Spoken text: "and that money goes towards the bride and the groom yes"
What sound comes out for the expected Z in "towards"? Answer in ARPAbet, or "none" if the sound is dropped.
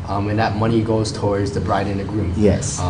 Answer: Z